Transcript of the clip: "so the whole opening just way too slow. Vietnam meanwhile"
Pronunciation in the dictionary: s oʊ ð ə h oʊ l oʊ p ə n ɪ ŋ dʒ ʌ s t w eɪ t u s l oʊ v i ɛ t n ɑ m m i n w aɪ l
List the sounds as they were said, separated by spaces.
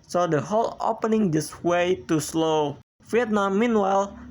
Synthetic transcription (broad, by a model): s oʊ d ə h oʊ l oʊ p ə n ɪ ŋ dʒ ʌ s w eɪ t u s l oʊ f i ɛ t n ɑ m m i n w aɪ l